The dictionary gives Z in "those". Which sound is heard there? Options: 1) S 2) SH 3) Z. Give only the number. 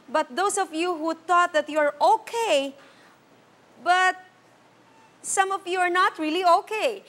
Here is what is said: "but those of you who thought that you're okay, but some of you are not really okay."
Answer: 1